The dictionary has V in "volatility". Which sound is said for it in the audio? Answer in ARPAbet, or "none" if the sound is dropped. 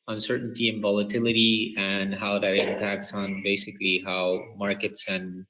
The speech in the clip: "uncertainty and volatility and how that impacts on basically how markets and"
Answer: V